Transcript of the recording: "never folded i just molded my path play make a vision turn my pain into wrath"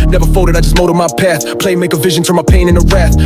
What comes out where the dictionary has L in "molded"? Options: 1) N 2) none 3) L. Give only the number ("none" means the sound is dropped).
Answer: 2